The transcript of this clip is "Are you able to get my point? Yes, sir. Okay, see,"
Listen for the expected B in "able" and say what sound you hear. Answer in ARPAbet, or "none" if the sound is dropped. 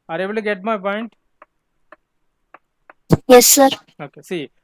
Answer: none